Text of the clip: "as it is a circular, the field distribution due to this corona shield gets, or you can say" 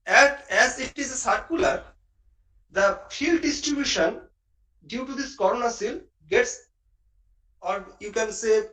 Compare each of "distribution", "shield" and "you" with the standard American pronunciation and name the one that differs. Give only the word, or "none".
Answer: shield